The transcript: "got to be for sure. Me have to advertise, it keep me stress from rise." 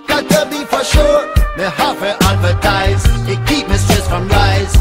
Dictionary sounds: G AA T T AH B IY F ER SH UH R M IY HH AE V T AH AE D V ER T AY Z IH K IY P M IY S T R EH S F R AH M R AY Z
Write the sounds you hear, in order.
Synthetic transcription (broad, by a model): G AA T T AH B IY F ER SH UH R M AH HH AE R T AE D V ER T AY Z IH K IY P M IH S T EH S F R AH M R AY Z